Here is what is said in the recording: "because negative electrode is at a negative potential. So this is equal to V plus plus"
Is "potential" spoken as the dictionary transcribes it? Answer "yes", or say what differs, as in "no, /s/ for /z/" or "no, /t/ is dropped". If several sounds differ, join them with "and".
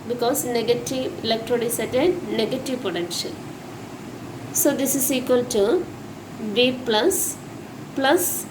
no, /n/ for /l/